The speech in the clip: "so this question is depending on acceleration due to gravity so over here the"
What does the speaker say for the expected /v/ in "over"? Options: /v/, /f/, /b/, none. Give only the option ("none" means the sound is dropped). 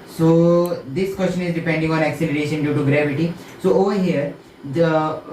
/v/